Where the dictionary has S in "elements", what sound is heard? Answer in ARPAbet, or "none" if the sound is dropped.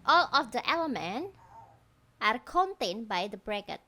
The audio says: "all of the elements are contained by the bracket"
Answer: none